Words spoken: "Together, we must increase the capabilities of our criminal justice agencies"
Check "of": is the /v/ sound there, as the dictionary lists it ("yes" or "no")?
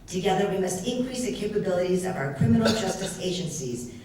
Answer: yes